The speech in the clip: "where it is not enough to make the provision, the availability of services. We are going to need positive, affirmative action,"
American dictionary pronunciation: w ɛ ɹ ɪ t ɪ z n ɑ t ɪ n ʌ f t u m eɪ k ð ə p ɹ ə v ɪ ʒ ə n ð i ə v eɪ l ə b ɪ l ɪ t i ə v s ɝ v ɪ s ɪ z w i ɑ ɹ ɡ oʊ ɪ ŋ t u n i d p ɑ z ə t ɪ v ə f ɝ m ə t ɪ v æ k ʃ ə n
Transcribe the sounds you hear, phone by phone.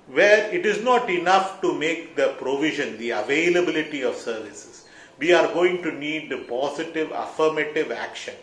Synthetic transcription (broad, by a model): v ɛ ɹ ɪ t ɪ z n ɑ t ɪ n ʌ f t u m eɪ k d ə p ɹ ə v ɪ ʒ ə n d i ə v eɪ l ə b ɪ l ɪ t i ə v s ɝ v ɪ s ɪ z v i ɑ ɹ ɡ oʊ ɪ ŋ t u n i d p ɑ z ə t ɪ v ə f ɝ m ə t ɪ v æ k ʃ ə n